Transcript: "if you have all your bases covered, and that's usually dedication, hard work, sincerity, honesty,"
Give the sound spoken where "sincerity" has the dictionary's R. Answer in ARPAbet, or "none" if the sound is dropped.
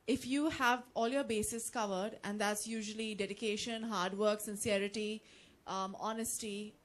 R